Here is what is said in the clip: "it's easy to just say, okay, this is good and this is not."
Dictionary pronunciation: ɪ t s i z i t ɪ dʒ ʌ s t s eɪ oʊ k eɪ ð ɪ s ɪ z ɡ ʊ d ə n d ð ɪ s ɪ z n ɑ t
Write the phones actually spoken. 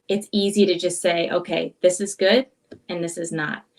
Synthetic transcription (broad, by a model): ɪ t s i z i t ɪ dʒ ʌ s t s eɪ oʊ k eɪ ð ɪ s ɪ z ɡ ʊ d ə n ð ɪ s ɪ z n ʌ t